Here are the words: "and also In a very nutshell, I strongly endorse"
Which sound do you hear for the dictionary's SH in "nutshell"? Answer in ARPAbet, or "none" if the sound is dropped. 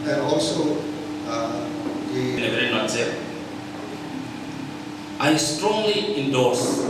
none